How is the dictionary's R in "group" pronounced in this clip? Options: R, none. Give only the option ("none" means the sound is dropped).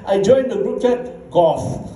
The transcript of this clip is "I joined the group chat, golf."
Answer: R